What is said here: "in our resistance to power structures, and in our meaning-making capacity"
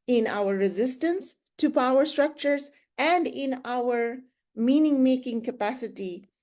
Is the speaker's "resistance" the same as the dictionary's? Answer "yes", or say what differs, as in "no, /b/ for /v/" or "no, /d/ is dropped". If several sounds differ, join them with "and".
yes